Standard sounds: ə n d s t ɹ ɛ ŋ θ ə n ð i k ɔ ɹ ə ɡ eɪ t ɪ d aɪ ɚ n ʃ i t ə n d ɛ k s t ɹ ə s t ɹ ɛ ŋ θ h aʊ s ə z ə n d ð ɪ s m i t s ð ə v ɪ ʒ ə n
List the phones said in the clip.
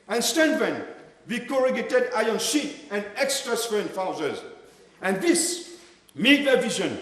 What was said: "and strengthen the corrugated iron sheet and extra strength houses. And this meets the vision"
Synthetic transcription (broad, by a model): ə n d s t ɛ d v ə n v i k ɔ ɹ ə ɡ eɪ t ɪ d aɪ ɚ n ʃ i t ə n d ɛ k s t ɹ ə s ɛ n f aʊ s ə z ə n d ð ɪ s m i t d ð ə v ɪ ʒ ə n